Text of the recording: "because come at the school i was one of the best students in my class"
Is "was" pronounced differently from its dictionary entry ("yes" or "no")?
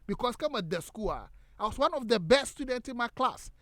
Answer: yes